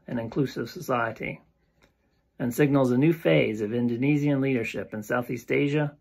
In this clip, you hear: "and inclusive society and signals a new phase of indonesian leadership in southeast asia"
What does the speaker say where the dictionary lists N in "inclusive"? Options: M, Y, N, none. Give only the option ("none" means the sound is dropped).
N